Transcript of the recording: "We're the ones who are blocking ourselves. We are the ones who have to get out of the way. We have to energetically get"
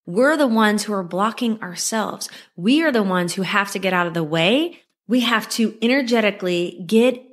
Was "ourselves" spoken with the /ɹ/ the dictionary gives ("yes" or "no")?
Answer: yes